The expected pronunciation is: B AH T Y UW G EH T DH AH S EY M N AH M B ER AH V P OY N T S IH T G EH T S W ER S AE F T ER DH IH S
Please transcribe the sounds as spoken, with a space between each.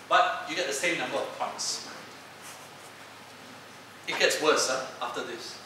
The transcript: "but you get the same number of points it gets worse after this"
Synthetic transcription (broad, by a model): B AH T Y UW G EH T DH AH S EY M N AH M B ER AH V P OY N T S IH T G EH T S W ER S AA F T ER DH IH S